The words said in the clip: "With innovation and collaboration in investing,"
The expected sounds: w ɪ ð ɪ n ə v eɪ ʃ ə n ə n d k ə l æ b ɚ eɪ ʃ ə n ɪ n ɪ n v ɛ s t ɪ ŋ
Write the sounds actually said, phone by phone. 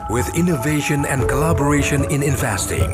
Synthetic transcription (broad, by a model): w ɪ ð ɪ n ə v eɪ ʃ ə n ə n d k ə l æ b ɚ eɪ ʃ ə n ɪ n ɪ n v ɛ s t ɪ ŋ